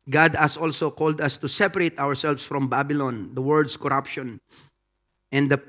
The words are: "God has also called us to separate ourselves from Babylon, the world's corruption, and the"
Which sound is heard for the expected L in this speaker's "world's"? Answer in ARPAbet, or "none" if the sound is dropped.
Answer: none